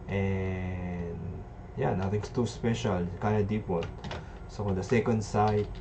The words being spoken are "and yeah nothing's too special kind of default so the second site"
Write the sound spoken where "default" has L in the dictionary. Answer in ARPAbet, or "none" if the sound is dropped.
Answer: none